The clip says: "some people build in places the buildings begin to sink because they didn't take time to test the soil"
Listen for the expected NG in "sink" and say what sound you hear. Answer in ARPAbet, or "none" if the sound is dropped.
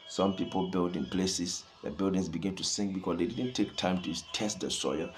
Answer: NG